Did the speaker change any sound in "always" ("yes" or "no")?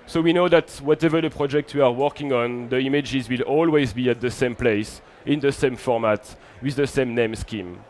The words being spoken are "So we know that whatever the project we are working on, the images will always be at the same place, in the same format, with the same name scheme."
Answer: no